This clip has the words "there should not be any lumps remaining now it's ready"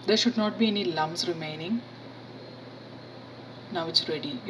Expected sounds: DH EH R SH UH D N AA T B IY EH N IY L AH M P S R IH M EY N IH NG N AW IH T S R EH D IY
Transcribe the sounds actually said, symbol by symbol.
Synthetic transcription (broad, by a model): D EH R SH UH D N AA T B IY EH N IY L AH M S R IH M EY N IH NG N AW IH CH R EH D IY